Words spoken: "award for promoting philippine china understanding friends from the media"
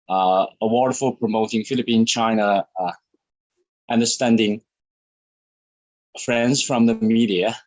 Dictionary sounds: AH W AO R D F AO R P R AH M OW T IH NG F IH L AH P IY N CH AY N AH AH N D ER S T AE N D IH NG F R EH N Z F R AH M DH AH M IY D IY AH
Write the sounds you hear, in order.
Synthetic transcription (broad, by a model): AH W AO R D F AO L P R AH M OW T IH NG F IH L AH P IY N CH AY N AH AH N D ER S T AE N D IH NG F R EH N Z F R AH M DH AH M IY D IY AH